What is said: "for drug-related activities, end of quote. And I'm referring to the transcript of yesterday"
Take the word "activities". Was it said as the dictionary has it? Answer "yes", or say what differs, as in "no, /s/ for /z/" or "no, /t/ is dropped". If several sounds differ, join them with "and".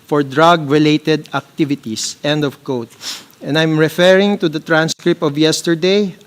no, /s/ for /z/